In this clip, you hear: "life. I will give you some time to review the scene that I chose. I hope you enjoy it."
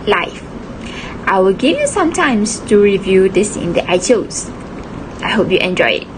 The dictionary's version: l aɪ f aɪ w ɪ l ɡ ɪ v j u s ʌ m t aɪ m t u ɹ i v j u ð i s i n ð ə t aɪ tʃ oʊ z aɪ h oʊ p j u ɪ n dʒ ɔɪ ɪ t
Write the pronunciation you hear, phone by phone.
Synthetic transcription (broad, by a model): l aɪ f aɪ w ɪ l ɡ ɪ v j u s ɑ m t aɪ m t u ɹ i v j u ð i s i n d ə t aɪ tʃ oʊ s aɪ h oʊ p j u ɪ n dʒ ɔɪ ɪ t